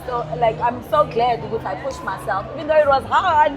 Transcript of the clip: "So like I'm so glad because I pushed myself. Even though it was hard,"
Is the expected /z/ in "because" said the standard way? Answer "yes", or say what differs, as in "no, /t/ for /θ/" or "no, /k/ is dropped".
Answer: no, /z/ is dropped